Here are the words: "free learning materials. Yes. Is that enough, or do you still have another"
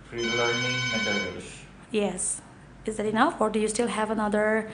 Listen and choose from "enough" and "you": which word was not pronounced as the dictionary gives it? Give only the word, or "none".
none